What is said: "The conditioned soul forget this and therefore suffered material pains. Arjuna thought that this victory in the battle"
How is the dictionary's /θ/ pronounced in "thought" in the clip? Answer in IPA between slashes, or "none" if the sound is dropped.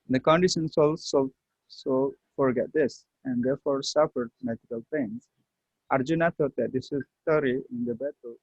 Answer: /t/